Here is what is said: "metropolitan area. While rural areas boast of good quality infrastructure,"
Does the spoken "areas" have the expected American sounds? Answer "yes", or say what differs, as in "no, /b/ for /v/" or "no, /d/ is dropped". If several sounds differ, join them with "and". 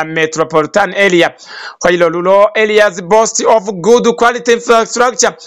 no, /l/ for /ɹ/